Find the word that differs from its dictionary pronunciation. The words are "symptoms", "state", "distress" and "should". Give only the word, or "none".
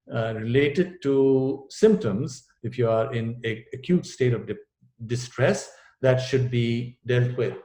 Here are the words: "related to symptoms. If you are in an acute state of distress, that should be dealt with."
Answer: none